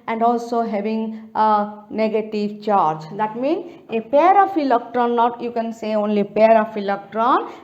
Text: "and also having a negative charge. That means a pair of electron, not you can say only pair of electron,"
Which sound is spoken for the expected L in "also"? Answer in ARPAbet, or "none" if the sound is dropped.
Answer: L